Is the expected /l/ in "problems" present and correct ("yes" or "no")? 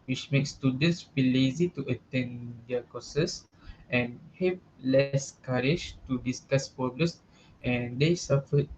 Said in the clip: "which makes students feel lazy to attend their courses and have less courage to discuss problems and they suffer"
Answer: no